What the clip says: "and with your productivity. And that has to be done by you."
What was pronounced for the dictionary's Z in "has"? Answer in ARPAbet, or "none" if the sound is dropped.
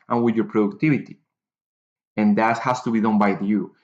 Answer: S